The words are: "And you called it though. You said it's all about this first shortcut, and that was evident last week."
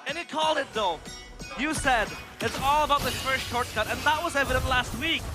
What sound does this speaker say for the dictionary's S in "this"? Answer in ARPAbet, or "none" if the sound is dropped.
none